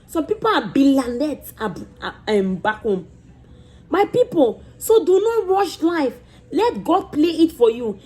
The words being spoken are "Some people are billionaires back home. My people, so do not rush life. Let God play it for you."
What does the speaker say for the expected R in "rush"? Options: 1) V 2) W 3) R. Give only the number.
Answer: 2